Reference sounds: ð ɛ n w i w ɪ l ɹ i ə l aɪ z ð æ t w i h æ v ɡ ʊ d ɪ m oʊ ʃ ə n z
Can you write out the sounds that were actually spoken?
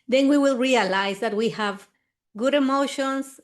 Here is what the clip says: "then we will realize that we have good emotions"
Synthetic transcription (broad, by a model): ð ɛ n w i w ɪ l ɹ i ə l aɪ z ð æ t w i h æ v ɡ ʊ d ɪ m oʊ ʃ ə n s